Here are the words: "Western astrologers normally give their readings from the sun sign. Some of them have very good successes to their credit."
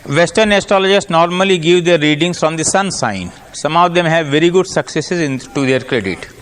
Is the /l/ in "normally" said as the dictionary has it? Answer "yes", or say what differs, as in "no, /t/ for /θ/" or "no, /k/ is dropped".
yes